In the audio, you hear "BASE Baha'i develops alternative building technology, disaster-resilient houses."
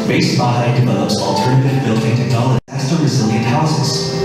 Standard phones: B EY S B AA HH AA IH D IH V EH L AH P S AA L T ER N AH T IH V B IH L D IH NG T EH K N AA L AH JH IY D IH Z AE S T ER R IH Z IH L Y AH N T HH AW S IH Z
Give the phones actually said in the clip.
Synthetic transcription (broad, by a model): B EY S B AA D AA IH D IH V EH L AH P S AA L T ER N AH T IH V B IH L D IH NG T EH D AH IY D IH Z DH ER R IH Z IH L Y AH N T HH AW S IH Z